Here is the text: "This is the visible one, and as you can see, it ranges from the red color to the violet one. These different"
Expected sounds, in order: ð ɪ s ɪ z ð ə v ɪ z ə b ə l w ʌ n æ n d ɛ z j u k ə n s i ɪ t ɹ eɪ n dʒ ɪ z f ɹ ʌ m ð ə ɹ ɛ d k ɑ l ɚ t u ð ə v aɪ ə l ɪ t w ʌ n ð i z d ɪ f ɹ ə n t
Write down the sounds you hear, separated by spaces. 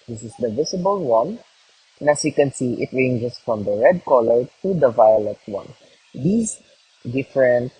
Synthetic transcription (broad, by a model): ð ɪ s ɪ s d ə v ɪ s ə b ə l w ʌ n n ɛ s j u k ə n s i ɪ t ɹ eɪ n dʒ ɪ s f ɹ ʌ m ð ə ɹ ɛ d k ɑ l ɚ t u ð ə v aɪ ə l ɪ t w ʌ n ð i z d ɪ f ɹ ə n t